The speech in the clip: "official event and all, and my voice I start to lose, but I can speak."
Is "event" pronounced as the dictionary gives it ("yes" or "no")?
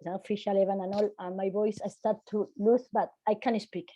no